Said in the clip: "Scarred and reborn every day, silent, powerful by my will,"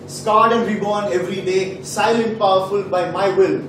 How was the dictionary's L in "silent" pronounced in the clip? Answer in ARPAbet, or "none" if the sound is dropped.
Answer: L